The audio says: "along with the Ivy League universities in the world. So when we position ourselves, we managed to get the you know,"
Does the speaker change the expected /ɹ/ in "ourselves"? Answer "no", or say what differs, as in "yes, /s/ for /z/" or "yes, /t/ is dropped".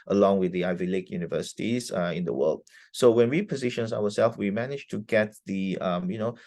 yes, /w/ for /ɹ/